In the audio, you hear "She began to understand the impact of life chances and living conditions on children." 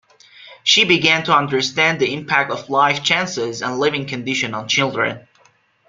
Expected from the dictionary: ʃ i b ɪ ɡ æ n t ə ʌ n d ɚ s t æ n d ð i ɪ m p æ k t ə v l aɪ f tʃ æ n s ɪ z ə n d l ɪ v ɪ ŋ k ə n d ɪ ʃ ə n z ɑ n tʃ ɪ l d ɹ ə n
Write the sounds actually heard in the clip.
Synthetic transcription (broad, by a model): ʃ i b ɪ ɡ æ n t ə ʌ n d ɚ s t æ n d ð i ɪ m p æ k t ə v l aɪ f tʃ æ n s ɪ z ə n l ɪ v ɪ ŋ k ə n d ɪ ʃ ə n ɑ n tʃ ɪ l d ɹ ə n